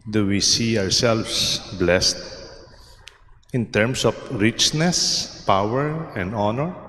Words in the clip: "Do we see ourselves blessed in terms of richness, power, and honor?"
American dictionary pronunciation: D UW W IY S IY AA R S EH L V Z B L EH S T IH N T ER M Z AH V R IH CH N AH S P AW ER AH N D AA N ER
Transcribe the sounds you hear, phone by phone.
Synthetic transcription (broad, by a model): D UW W IY S IY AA R S EH L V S B L EH S T IH N T ER M S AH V R IH CH N AH S P AW ER AH N D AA N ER